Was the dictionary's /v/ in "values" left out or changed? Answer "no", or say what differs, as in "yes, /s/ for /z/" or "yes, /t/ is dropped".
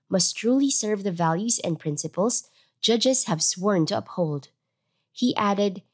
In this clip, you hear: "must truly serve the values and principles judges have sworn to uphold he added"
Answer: no